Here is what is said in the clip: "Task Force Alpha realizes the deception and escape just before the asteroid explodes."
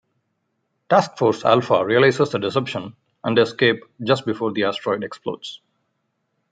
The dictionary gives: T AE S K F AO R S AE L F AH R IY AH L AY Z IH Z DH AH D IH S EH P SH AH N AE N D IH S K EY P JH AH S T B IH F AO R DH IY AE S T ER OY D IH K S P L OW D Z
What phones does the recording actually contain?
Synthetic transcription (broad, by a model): T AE S K F AO R S AE L F AH R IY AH L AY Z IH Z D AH D IH S EH P SH AH N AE N D IH S K EY P JH AH S T B IH F AO R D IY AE S T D OY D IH K S P L OW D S